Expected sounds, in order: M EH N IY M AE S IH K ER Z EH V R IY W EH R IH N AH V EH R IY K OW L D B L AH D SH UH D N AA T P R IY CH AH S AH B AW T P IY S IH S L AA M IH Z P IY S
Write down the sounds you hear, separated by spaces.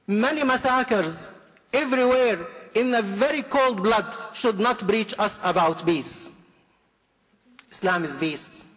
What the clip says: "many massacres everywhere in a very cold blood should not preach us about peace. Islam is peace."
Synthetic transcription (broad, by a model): M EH N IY M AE S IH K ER Z EH V R IY W EH R IH N AH V EH R IY K OW L D B L AH D SH UH D N AA T B R IY CH AH S AH B AW T B IY S IH S L AA M IH Z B IY S